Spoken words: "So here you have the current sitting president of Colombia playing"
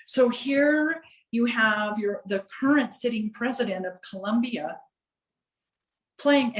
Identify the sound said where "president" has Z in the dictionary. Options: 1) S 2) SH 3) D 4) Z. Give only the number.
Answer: 4